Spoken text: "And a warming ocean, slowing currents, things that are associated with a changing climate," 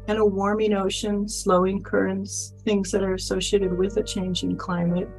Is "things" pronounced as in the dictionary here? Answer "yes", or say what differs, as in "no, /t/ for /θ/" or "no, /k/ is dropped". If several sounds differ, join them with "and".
yes